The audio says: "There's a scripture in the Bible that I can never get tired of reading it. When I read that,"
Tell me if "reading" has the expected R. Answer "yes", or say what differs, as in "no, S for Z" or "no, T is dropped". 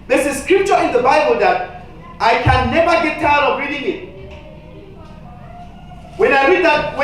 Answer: yes